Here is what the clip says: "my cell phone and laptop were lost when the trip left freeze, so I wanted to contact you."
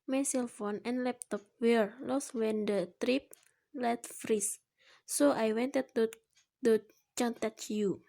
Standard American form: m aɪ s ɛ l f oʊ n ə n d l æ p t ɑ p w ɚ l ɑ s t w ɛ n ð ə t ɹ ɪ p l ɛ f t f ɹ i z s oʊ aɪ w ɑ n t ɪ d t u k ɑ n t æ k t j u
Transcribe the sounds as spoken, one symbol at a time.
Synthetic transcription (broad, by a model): m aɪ s ɛ l f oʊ n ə n l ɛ p t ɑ p w ɚ l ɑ s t w ɛ n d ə t ɹ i p l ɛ t f ɹ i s s oʊ aɪ w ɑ n t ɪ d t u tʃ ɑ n t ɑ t j u